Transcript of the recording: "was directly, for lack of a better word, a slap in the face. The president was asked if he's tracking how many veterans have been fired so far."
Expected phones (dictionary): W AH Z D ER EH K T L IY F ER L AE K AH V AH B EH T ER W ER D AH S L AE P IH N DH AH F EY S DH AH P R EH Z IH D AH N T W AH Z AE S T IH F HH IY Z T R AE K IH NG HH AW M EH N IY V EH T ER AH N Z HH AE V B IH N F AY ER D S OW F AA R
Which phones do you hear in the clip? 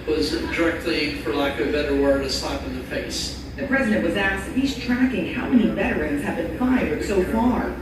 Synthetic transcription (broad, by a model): W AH Z D ER EH K T L IY F ER L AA AH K AH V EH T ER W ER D AH S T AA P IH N DH AH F EY S DH AH P R EH Z IH D AH N T W AH Z AE S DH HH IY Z T R AE K IH NG HH AW M EH N IY V EH T ER AH N Z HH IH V B IH N F AY ER D S OW F AA R